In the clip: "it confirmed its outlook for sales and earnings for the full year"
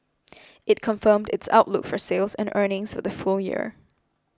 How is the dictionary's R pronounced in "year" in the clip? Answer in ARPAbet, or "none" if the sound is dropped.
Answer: R